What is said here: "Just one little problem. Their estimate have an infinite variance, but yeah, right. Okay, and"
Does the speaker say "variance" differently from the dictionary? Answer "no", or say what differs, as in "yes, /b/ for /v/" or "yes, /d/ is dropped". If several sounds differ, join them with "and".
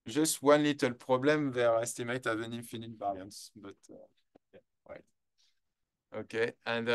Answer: yes, /b/ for /v/